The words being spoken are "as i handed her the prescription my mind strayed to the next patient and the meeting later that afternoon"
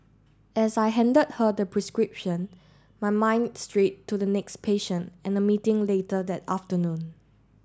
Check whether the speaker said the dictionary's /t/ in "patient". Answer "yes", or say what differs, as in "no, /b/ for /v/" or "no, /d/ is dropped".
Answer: yes